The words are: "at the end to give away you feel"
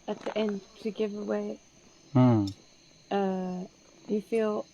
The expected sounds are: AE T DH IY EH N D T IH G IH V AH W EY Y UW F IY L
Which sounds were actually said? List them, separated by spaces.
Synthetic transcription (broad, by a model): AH T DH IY EH N D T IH G IH V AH W EY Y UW F IY L